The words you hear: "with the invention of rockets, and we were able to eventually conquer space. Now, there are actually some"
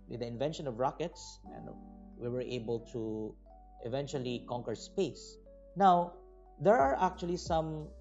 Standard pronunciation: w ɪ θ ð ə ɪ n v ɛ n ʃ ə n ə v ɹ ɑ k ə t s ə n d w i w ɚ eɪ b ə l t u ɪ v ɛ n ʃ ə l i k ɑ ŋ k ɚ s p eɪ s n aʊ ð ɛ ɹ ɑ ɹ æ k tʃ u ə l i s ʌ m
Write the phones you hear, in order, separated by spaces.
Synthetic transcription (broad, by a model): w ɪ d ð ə ɪ n v ɛ n ʃ ə n ə v ɹ ɑ k ə t s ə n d w i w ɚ eɪ b ə l t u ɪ v ɛ n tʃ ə l i k ɑ ŋ k ɚ s p eɪ s n aʊ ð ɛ ɹ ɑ ɹ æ k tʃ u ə l i s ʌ m